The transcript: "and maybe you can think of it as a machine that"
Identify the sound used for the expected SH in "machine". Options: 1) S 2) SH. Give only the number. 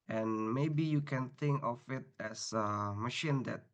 2